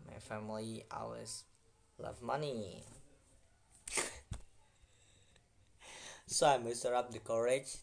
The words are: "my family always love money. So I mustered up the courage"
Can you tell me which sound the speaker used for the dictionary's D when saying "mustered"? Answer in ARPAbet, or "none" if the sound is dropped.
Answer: none